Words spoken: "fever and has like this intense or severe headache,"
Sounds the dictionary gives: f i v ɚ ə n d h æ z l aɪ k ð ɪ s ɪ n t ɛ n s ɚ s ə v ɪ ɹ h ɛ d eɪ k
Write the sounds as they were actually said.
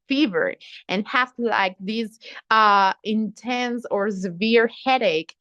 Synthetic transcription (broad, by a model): f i v ɚ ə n h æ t l aɪ k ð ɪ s ɪ n t ɛ n s ɚ s ə v ɪ ɹ h ɛ d eɪ k